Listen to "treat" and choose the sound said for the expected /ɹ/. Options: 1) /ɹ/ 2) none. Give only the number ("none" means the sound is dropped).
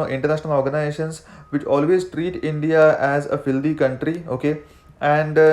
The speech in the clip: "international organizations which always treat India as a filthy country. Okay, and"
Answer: 1